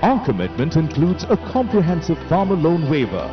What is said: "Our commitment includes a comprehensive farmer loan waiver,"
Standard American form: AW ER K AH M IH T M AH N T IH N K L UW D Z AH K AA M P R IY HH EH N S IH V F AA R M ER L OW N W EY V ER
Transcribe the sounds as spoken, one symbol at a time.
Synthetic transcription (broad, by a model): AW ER K AH M IH T M AH N T IH N K L UW D Z AH K AA M P R IY HH EH N S IH V F AA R M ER L OW N W EY V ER